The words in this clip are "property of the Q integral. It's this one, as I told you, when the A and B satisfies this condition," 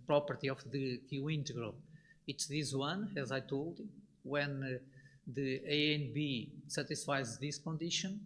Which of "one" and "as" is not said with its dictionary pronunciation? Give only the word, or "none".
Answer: none